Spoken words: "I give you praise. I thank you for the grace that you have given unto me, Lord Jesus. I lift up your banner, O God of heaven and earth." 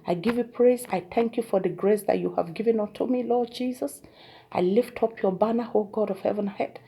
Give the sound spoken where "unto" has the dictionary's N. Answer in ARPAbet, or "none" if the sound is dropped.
none